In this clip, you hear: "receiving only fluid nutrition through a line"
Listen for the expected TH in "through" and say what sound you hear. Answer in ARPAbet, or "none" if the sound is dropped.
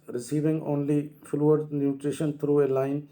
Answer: T